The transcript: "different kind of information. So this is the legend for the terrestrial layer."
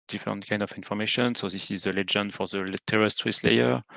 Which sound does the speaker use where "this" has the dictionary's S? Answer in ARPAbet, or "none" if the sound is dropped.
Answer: S